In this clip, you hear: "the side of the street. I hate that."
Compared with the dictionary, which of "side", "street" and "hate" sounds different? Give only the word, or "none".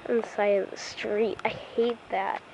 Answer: side